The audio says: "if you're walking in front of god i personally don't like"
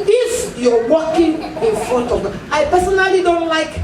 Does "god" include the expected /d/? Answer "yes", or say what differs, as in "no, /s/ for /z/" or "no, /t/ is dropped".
no, /d/ is dropped